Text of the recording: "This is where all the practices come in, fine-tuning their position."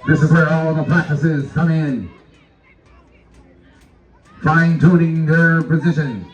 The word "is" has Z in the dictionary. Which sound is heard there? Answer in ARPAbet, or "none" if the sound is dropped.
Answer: Z